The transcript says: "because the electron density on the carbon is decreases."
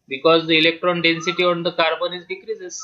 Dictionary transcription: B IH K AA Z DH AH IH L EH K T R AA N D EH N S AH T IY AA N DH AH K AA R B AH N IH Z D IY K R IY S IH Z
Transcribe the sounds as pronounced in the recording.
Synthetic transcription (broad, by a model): B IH K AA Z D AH IH L EH K T R AA N D EH N S AH T IY AA N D AH K AA R B AH N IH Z D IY K R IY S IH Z